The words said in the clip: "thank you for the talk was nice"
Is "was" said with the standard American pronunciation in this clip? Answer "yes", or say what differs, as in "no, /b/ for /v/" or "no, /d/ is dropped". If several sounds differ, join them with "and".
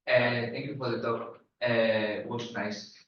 no, /s/ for /z/